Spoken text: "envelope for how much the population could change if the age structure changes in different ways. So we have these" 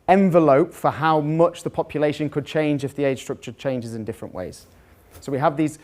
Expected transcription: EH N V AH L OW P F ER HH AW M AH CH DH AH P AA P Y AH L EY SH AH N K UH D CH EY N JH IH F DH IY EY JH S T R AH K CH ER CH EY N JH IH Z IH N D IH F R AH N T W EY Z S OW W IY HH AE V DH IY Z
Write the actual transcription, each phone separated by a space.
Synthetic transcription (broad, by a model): EH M V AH L OW P F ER HH AW M AH CH DH AH P AA P Y AH L EY SH AH N K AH D CH EY N JH IH F DH IY EY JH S T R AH K CH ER CH EY N JH IH Z IH N D IH F R AH N T W EY Z S OW W IY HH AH V DH IY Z